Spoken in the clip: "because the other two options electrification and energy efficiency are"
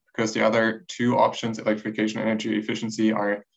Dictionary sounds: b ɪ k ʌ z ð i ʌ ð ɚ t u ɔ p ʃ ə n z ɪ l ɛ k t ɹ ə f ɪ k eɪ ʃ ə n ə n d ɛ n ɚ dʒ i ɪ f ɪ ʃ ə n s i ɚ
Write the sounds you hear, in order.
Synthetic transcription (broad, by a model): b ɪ k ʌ z ð i ʌ ð ɚ t u ɔ p ʃ ə n z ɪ l ɛ k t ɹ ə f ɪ k eɪ ə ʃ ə n ɛ n ɚ dʒ i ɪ f ɪ ʃ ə n s i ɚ